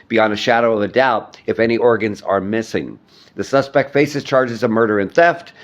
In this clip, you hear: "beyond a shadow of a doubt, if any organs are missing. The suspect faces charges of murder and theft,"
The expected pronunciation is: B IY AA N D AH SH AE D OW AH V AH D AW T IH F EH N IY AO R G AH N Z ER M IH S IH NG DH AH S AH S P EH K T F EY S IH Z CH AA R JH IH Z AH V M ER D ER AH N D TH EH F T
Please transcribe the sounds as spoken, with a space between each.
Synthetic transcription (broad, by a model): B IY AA N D AH SH AE D OW AH V AH D AW T IH F EH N IY AO R G AH N Z ER M IH S IH NG DH AH S AH S P EH K T F EY S IH Z CH AA R JH IH Z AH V M ER D ER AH N TH EH F T